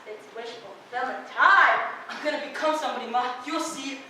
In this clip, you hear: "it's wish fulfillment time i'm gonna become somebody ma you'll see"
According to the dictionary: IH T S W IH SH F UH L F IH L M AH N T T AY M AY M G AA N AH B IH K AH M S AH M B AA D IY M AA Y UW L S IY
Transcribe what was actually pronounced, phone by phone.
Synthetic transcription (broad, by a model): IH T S W IH SH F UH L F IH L AH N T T AY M AY M G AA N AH B IH K AH M S AH M B AA D IY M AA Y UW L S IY